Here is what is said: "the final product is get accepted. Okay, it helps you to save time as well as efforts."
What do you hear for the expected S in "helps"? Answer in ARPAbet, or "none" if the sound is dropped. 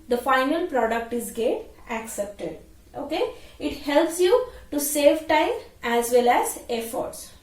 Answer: S